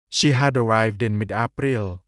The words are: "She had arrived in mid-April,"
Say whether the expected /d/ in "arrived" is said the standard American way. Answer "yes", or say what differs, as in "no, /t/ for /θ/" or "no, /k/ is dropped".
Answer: yes